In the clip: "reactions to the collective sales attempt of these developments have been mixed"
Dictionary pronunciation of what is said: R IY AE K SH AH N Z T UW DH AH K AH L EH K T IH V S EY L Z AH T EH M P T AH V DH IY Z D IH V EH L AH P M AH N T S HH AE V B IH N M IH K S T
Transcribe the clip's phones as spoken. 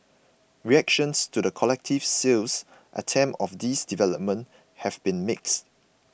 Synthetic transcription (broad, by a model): R IY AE K SH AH N S T UW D AH K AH L EH K T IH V S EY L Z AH T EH M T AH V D IY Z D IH V EH L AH P M AH N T HH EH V B IH N M IH K S T